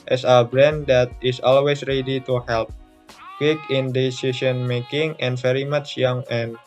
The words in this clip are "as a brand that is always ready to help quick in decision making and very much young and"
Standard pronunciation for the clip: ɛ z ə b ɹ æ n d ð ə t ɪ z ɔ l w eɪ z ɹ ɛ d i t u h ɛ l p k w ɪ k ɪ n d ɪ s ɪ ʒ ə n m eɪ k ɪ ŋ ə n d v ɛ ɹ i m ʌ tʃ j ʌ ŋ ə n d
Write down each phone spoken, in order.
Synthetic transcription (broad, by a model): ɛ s ə b ɹ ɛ n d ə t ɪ s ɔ l w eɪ s ɹ ɛ d i t u h ɛ l p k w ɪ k ɪ n d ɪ s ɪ s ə n m eɪ k ɪ ŋ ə n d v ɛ ɹ i m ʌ tʃ j ʌ ŋ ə n